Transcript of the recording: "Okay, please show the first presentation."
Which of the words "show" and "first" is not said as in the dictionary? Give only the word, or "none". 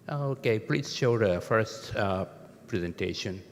none